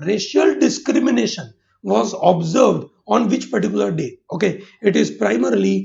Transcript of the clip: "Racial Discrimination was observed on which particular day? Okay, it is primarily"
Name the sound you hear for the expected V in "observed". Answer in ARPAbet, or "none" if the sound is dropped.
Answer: V